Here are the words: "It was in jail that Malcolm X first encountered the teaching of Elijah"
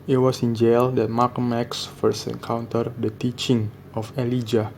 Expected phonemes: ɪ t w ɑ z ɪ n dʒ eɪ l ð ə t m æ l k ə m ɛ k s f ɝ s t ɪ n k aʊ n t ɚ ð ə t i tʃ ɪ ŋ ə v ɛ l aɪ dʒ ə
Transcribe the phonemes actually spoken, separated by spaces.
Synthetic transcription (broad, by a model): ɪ t w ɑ s ɪ n dʒ eɪ l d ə t m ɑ k m ɛ k s f ɝ s t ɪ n k aʊ n t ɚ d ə t i tʃ ɪ ŋ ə f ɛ l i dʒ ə